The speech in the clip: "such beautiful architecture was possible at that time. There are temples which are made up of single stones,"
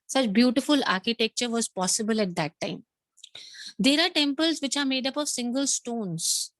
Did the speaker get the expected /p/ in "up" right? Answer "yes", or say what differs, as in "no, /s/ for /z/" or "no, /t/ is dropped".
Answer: yes